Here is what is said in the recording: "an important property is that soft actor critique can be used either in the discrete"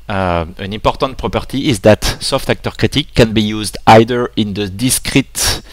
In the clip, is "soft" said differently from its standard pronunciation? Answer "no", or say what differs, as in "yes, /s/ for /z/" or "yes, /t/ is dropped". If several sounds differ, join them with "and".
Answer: no